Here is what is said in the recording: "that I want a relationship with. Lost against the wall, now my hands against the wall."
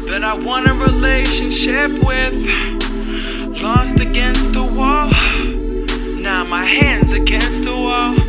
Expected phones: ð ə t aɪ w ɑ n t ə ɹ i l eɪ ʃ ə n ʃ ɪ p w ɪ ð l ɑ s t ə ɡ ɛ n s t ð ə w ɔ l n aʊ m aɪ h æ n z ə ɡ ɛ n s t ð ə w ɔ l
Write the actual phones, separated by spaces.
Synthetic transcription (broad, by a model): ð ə t aɪ w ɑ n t ə ɹ i l eɪ ʃ ə n ʃ ɪ p w ɪ ð l ɑ s t ə ɡ ɛ n s t ð ə w ɔ l n aʊ m aɪ h æ n z ə ɡ ɛ n s t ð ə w ɔ l